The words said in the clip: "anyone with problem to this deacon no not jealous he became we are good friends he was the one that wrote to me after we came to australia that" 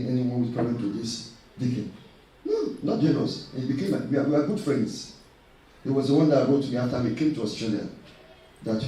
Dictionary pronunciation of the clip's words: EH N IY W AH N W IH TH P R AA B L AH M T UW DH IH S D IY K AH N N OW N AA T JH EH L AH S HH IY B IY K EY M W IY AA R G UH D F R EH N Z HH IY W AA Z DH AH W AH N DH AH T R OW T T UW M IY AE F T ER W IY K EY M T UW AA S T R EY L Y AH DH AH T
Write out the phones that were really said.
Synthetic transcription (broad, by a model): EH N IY W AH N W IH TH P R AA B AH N T UW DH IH S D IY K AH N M N AA T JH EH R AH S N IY B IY K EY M W IY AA W G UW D F R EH N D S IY W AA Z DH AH W AH N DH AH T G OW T T UW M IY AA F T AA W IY K EY M T UW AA S T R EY L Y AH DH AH T